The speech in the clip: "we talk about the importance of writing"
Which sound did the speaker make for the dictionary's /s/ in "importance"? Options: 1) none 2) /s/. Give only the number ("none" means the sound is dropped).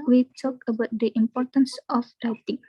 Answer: 2